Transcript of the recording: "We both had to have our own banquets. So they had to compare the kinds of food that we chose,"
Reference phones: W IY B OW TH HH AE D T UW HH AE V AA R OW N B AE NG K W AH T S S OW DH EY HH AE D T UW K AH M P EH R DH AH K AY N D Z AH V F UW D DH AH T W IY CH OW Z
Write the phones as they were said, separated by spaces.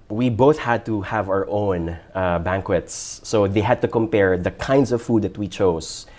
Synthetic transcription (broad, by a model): W IY B OW TH HH AE D T UW HH AE V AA R OW N B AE NG K W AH T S S OW DH EY HH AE D T UW K AH M P EH R DH AH K AY N D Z AH V F UW D DH AH T W IY CH OW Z